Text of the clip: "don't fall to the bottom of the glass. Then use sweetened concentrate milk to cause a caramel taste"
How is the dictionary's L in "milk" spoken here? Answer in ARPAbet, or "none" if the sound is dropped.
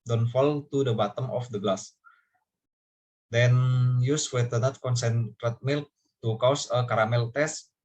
L